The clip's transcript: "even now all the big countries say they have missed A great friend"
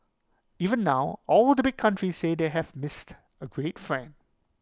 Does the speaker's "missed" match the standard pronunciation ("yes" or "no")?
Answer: yes